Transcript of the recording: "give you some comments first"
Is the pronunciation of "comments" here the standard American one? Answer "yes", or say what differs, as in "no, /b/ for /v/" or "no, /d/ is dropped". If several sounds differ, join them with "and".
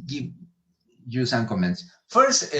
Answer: yes